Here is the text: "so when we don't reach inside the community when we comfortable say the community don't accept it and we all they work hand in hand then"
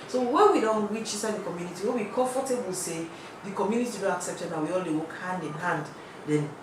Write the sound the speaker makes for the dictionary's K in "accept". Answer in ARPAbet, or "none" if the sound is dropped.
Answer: K